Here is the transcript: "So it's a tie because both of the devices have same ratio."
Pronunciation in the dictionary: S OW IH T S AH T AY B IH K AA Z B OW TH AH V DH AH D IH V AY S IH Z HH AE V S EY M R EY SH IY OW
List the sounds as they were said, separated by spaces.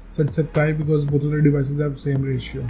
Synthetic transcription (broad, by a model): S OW IH T S AH T AY B IH K AA Z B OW T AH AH D IH V AY S IH Z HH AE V S EY M R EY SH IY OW